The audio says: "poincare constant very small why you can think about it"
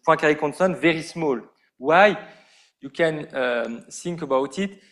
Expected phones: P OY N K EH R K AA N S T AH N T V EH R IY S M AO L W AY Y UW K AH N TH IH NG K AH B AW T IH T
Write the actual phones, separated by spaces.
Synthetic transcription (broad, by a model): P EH K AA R K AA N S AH N V EH R IY S M AO L W AY Y UW K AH N S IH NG K AH B AW T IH T